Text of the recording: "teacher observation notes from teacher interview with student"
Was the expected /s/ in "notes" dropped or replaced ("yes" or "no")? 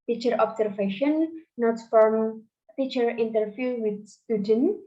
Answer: yes